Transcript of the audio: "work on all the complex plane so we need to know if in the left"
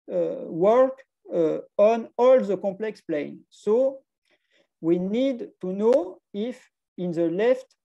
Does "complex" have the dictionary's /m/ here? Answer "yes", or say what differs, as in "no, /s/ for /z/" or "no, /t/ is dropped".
no, /m/ is dropped